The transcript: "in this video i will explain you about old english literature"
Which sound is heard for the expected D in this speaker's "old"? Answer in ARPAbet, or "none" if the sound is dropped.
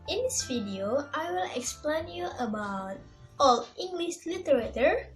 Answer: none